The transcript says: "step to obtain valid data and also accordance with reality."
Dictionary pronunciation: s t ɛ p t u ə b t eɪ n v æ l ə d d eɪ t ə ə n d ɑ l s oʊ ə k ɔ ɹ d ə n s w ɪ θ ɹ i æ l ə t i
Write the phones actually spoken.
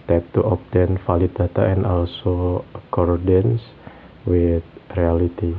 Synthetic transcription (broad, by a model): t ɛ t t u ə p t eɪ n f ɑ l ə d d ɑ t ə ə n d ɑ l s oʊ ə k ɔ ɹ d ə n s w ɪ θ ɹ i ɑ l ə t i